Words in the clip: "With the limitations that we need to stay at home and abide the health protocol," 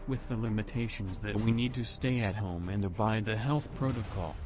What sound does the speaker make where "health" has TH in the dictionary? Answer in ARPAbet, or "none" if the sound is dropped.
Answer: TH